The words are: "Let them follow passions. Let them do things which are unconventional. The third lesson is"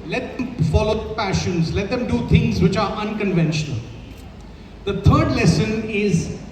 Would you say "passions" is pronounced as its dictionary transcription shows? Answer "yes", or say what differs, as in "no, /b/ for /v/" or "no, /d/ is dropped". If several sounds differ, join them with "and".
yes